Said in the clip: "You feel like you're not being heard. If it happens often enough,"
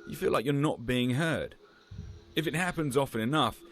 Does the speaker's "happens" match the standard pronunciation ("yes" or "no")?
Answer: yes